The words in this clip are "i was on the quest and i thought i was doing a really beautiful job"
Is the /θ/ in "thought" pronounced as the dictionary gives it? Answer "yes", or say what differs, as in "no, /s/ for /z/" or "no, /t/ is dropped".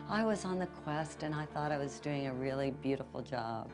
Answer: yes